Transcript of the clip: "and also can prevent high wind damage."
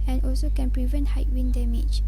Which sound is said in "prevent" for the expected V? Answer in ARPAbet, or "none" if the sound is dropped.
V